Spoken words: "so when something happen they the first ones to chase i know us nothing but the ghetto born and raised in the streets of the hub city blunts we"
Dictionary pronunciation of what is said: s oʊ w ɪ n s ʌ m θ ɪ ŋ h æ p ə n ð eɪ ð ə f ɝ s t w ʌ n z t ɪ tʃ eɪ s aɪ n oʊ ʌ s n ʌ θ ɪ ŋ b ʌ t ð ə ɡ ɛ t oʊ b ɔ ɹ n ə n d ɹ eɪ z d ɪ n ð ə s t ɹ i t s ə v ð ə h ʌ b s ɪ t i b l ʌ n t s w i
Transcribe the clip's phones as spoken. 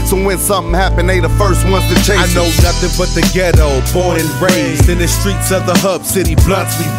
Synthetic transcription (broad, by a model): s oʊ w ɪ n s ʌ m θ ɪ ŋ h æ p ə n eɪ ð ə f ɝ s t w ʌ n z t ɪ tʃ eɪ aɪ n oʊ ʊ n ʌ θ ɪ ŋ b ʌ t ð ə ɡ ɛ t oʊ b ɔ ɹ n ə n ɹ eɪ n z ɪ n ð ə s t ɹ i t s ə v ð ə h ʌ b s ɪ t i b l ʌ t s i